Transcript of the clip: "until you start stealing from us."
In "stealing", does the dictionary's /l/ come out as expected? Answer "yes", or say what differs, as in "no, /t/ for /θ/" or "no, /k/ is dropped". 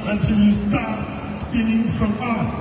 no, /n/ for /l/